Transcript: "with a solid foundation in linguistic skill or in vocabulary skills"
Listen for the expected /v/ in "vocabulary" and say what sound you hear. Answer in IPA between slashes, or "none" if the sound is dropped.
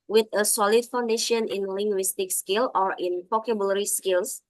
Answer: /p/